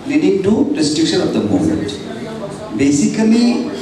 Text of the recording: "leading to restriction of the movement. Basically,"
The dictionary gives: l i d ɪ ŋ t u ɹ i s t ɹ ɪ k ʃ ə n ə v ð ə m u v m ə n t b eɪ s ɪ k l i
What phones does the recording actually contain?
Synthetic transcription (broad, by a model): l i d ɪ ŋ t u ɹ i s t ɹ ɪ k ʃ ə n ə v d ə m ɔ m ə n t b eɪ s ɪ k l i